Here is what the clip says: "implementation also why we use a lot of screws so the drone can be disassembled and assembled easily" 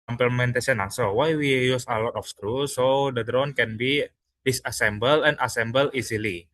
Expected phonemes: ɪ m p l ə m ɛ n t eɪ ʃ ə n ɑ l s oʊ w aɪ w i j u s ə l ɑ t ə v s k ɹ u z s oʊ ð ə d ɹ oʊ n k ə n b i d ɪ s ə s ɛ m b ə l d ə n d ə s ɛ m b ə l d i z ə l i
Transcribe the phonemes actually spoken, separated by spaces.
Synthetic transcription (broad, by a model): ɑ m p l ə m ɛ n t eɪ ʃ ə n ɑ s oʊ w aɪ w i j u s ə l ɑ t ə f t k ɹ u s oʊ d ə d ɹ oʊ n k ə n b i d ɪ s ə s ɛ m b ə l ə n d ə s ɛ m b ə l i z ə l i